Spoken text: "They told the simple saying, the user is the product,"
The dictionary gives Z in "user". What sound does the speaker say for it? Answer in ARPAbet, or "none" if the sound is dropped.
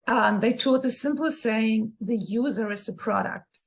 Z